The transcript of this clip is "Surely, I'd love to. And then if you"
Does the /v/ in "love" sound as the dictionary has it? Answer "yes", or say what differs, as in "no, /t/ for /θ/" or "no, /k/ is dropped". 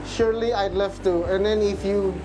no, /f/ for /v/